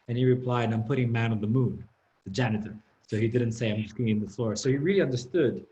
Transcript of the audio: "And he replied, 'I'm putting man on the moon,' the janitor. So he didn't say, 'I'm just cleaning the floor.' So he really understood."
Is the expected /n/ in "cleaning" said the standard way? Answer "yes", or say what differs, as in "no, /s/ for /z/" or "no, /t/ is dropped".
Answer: no, /n/ is dropped